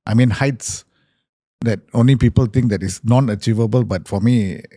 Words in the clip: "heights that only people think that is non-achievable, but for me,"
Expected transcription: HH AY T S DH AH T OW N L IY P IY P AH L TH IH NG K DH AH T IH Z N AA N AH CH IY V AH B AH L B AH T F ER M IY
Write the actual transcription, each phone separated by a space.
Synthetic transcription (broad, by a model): HH AY T S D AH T OW N L IY P IY P AH L T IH NG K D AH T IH S N AA N AH CH IY V AH B AH L B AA T F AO M IY